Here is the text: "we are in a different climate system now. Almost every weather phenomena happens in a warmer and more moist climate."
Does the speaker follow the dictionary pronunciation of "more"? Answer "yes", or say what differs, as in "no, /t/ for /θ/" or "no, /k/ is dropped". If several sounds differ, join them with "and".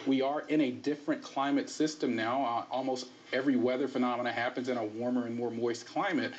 yes